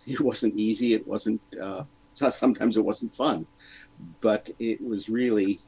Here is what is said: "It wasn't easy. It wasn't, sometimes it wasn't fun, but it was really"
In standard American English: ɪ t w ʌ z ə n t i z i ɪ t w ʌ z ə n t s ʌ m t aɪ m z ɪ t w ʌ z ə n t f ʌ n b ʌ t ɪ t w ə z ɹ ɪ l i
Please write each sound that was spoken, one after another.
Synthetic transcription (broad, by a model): ɪ t w ʌ z ə n t i z i ɪ t w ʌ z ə n t s ʌ m t aɪ m z ɪ t w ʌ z n t f ʌ n b ʌ t ɪ t w ə z ɹ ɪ l i